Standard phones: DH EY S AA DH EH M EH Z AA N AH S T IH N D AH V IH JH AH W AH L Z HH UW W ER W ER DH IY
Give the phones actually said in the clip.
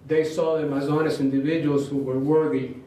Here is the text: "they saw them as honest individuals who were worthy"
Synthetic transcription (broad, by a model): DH EY S AA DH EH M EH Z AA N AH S IH N D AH V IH JH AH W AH L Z HH UW W ER W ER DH IY